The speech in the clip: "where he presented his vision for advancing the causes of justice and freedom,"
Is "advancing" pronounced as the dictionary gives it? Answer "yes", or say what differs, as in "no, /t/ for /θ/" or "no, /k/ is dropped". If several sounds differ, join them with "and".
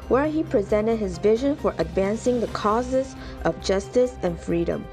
yes